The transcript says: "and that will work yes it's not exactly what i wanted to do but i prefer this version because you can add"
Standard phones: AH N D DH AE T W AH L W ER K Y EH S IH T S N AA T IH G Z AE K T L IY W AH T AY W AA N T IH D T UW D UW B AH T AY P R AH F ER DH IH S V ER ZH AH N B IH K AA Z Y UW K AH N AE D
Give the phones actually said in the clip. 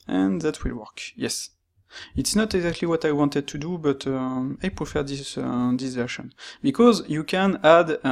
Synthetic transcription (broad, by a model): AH N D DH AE T W AH L W ER K Y EH S IH T S N AA T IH G Z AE K T L IY W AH T AY W AA N T IH D T UW D UW B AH T AY P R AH F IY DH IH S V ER SH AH N B IH K AA Z Y UW K AH N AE D